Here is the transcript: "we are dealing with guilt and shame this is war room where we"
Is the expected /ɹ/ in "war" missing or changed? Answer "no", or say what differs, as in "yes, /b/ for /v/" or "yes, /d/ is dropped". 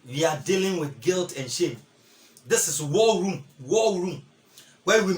yes, /l/ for /ɹ/